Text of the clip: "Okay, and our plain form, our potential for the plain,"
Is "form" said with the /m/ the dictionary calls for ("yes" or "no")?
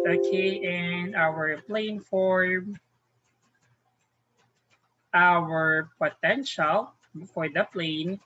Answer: no